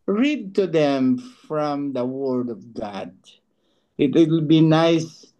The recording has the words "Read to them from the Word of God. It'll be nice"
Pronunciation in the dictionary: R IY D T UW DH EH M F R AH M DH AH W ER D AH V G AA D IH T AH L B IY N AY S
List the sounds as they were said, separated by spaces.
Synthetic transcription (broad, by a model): R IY D T UW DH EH M F R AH M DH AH W ER D AH V G AA D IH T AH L B IY N AY S